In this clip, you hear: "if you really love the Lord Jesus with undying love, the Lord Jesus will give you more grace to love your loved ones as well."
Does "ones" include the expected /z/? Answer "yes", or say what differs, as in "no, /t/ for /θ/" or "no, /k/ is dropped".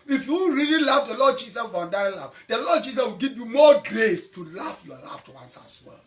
no, /s/ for /z/